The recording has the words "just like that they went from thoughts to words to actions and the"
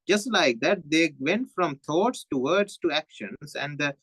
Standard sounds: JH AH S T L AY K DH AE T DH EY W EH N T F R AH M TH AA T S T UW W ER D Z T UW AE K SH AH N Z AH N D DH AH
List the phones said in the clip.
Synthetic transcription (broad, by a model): JH AH S T L AY K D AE T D EY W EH N T F R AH M T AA T S T UW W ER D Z T UW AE K SH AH N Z AH N D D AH